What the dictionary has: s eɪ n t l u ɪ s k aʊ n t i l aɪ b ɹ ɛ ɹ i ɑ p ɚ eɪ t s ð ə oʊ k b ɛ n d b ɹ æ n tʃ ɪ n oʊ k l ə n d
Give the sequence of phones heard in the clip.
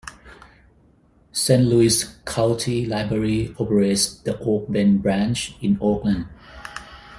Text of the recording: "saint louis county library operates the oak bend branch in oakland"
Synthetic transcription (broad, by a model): s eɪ n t l u ɪ s k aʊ l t i l aɪ b ɹ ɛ ɹ i ɑ p ɚ eɪ t s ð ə oʊ k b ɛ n b ɹ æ n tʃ ɪ n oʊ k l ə n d